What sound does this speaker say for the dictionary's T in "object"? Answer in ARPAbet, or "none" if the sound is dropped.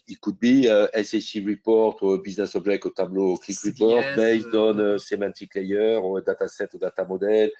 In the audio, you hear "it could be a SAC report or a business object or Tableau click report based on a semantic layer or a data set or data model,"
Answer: none